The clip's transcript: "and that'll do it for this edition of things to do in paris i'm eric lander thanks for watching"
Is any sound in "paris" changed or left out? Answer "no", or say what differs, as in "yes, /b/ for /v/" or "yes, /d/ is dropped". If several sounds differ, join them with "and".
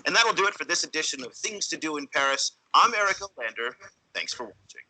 no